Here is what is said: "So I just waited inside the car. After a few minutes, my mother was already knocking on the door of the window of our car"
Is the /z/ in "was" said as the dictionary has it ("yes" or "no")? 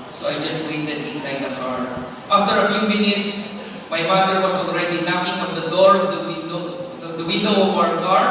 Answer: no